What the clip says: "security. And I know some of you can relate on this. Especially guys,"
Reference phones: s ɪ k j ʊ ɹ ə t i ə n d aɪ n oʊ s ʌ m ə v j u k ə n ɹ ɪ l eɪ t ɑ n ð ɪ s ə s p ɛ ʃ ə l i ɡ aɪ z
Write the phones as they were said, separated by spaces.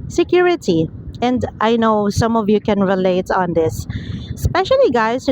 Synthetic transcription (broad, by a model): s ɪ k j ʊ ɹ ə t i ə n d aɪ n oʊ s ʌ m ə v j u k ə n ɹ ɪ l eɪ t ɑ n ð ɪ s s p ɛ ʃ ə l i ɡ aɪ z